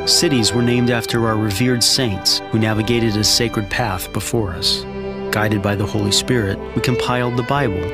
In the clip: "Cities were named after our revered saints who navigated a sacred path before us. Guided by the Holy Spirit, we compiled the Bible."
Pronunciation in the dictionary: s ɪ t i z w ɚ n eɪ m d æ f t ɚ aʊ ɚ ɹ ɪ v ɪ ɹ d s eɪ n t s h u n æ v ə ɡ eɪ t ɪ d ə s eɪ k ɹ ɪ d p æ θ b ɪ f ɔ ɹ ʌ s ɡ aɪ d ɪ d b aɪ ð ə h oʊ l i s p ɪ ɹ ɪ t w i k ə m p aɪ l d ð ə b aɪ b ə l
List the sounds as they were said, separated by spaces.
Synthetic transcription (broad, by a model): s ɪ t i z w ɚ n eɪ m d æ f t ɚ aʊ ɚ ɹ ɪ v ɪ ɹ d s eɪ n t s h u n æ v ə ɡ eɪ t ɪ d ə s eɪ k ɹ ɪ d p æ θ b ɪ f ɔ ɹ ʌ s ɡ aɪ d ɪ d b aɪ ð ə h oʊ l i s p ɪ ɹ ɪ t w i k ə m p aɪ l d ð ə b aɪ b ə l